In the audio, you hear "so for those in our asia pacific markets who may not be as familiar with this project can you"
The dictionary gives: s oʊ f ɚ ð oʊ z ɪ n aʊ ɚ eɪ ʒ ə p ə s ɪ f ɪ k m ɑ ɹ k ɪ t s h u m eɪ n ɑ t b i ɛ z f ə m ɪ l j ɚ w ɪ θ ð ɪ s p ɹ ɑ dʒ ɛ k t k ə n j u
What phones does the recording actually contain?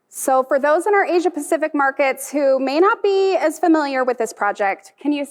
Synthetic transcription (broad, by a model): s oʊ f ɚ ð oʊ z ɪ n aʊ ɚ eɪ ʒ ə p ə s ɪ f ɪ k m ɑ ɹ k ɪ t s h u m eɪ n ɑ t b i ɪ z f ə m ɪ l j ɚ w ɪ ð ɪ s p ɹ ɑ dʒ ɛ k t k ə n j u